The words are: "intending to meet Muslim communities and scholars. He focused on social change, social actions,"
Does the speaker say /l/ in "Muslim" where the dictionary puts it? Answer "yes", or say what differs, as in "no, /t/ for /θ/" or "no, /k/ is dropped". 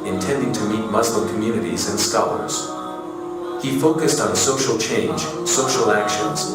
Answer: yes